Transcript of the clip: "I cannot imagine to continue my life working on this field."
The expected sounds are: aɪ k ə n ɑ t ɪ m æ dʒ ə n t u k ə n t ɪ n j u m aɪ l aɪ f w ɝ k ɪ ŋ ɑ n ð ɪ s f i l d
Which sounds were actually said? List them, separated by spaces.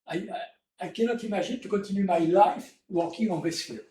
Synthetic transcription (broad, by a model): aɪ k ə n ɑ t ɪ m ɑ ʒ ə n t u k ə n t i n j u m aɪ l aɪ f w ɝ k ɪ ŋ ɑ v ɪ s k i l